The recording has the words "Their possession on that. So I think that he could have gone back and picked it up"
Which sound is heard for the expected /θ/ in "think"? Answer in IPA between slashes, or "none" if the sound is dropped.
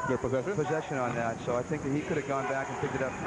/θ/